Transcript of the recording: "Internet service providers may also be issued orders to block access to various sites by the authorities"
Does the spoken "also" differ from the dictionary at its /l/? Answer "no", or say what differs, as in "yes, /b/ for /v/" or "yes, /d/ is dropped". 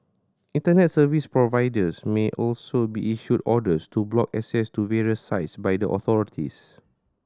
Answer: no